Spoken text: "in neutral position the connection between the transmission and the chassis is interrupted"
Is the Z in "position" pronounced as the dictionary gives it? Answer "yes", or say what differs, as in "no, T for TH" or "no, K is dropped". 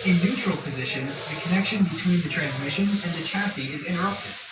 yes